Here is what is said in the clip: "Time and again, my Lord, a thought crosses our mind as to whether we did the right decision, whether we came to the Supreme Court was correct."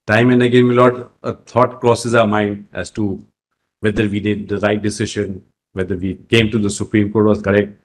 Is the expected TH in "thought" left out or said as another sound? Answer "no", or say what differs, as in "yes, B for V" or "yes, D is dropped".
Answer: yes, T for TH